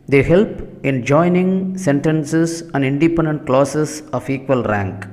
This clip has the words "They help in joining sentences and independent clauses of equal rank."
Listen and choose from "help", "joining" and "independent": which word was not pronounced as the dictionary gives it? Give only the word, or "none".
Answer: none